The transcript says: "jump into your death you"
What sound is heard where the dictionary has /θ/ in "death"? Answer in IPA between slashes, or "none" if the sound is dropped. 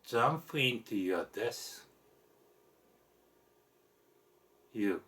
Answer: /s/